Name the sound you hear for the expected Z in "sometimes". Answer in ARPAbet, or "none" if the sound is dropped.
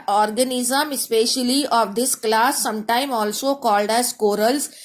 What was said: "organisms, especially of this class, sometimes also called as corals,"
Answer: none